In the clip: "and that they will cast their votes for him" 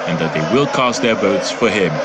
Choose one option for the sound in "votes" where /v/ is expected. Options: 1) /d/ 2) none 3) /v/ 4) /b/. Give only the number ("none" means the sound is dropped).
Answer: 4